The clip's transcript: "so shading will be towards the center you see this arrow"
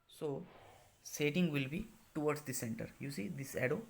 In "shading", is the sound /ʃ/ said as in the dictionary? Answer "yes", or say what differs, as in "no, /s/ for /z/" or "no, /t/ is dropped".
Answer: no, /s/ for /ʃ/